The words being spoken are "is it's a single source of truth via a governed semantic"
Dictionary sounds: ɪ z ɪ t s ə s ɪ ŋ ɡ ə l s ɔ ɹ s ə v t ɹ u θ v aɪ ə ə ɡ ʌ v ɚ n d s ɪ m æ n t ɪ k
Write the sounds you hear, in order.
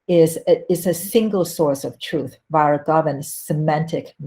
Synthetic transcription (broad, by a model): ɪ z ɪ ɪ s ə s ɪ ŋ ɡ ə l s ɔ ɹ s ə v t ɹ u θ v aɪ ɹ ə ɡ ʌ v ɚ n s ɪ m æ n t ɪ k